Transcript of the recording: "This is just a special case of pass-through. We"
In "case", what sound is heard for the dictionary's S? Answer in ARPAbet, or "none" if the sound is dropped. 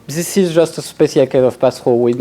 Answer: none